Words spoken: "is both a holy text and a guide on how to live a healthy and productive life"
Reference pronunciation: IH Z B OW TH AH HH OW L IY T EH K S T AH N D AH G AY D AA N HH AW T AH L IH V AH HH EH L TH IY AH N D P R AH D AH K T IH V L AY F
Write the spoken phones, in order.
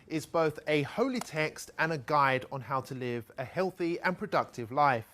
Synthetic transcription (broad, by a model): IH Z B OW TH AH HH OW L IY T EH K S T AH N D AH G AY D N HH AW T AH L IH V AH HH EH L TH IY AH N P R AH D AH K T IH V L AY F